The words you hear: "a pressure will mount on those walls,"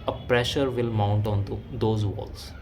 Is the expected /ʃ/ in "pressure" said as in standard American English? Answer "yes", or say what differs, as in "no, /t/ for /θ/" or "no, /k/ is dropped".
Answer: yes